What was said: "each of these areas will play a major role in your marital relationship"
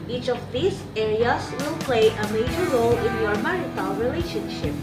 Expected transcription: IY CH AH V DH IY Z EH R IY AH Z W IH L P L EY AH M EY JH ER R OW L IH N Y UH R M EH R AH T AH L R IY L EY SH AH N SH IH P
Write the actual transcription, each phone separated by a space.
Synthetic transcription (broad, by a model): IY CH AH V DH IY S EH R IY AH S W IH L P L EY AH M EY JH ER R OW L IH N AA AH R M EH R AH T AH N R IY L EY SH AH N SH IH P